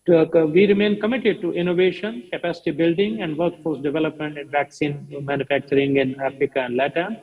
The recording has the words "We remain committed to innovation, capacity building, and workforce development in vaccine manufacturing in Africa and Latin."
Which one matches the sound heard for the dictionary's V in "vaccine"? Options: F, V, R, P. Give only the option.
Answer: V